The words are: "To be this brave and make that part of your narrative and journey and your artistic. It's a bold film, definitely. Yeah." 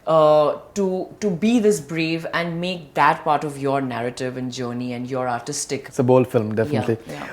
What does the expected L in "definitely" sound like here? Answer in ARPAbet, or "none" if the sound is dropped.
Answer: L